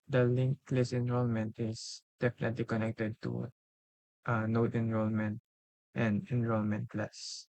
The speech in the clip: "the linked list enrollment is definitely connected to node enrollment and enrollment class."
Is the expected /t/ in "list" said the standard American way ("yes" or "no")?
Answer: no